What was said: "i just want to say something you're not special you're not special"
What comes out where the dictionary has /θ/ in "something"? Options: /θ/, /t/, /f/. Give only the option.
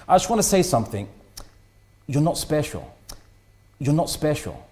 /θ/